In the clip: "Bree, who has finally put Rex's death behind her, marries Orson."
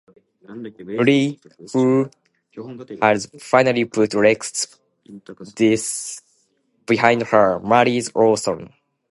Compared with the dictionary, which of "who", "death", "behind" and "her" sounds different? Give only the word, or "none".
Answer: death